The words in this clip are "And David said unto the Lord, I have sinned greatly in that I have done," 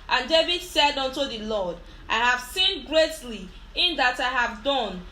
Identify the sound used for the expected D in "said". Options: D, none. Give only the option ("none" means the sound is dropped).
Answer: D